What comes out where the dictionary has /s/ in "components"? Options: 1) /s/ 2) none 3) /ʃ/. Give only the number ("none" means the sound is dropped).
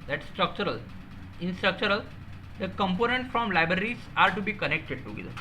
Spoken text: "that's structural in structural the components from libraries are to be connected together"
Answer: 2